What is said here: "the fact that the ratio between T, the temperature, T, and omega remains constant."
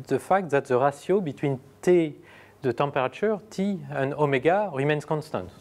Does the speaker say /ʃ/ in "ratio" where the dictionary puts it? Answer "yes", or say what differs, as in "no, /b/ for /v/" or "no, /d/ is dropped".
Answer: no, /s/ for /ʃ/